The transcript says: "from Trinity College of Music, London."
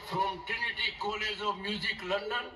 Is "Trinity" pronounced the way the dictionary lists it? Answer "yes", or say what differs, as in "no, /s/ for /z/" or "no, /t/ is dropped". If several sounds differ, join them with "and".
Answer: no, /ɹ/ is dropped